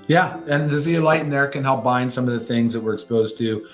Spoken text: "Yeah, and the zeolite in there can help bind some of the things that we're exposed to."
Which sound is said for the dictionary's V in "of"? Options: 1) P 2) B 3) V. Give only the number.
3